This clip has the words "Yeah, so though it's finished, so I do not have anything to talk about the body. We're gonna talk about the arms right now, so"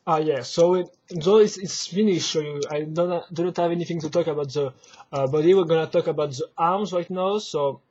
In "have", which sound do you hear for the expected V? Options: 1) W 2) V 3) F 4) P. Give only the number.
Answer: 2